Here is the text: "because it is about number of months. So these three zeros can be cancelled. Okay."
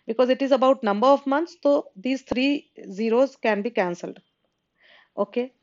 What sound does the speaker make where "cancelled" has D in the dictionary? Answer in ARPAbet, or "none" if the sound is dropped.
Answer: D